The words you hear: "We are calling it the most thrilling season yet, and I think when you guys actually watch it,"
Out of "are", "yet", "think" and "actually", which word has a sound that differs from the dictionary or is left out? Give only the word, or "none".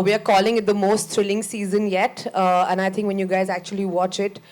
think